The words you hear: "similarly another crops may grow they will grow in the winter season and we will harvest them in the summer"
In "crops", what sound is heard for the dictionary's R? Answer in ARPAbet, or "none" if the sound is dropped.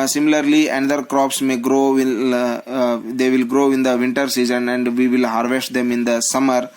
R